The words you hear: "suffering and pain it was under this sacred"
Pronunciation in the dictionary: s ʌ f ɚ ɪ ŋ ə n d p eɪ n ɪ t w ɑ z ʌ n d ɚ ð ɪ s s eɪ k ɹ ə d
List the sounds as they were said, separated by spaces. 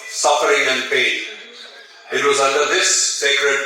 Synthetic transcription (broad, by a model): s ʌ f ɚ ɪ ŋ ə n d p eɪ n ɪ t w ɑ z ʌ n d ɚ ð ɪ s s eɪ k ɹ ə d